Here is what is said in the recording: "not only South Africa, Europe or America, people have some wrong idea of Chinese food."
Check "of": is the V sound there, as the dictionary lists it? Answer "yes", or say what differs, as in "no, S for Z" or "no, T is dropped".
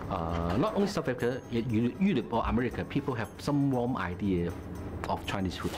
no, F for V